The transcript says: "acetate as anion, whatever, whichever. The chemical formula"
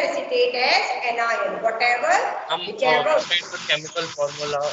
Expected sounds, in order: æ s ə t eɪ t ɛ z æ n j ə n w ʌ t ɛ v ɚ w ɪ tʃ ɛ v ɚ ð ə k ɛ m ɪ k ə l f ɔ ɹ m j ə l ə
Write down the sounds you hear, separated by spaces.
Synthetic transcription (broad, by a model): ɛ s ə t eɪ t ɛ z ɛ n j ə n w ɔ t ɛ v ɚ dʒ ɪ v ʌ ɚ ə k ɛ m ɪ k ə l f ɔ ɹ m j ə l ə